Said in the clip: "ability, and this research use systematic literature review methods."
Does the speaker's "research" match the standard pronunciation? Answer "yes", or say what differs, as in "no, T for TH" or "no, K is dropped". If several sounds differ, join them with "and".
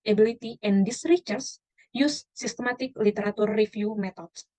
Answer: no, S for CH